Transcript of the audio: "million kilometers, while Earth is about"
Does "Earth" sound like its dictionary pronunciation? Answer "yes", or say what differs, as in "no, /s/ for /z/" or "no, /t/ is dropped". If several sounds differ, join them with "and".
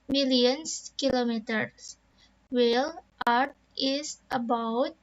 no, /t/ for /θ/